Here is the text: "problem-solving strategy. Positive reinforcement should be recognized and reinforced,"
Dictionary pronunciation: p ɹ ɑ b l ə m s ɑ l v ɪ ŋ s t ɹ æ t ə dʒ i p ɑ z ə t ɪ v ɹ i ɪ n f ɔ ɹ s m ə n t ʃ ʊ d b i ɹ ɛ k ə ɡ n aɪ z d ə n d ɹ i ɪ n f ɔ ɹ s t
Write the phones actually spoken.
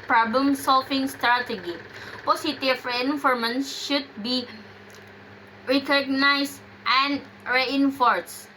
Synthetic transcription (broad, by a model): p ɹ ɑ b l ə m s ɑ l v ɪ ŋ s t ɹ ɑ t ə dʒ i p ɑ s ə t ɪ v ɹ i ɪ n f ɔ ɹ m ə n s ʃ ʊ d b i ɹ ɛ k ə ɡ n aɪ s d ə n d ɹ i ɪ n f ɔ ɹ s